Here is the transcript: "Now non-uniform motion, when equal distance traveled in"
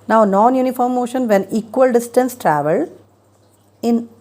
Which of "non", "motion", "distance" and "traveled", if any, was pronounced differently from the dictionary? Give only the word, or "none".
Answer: traveled